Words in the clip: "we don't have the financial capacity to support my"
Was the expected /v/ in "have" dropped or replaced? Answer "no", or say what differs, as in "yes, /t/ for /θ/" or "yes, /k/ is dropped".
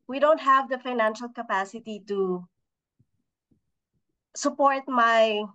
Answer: no